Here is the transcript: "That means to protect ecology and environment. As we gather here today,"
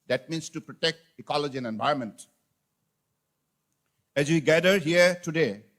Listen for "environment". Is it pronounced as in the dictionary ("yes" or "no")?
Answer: no